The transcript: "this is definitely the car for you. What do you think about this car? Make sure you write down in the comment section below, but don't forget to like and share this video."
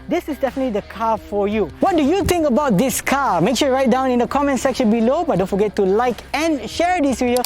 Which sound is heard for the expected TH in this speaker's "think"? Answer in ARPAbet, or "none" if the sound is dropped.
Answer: T